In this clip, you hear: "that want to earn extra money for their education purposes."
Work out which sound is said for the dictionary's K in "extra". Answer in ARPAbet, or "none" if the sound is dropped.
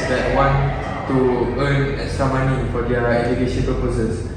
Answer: none